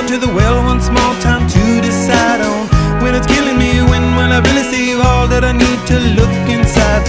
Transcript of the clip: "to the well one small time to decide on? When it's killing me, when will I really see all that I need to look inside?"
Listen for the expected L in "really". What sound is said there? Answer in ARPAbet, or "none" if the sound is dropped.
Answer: N